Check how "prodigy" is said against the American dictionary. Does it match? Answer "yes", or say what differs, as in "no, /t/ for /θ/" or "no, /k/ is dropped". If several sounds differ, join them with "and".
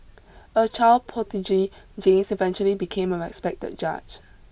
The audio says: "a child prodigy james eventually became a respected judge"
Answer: no, /ɹ/ is dropped